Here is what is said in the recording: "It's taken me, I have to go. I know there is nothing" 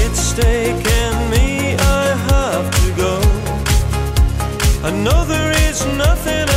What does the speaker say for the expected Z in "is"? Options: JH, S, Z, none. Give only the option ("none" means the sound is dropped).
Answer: Z